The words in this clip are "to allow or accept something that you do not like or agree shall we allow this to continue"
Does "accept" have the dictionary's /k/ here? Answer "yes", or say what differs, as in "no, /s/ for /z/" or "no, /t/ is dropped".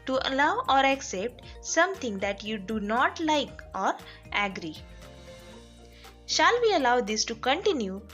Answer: yes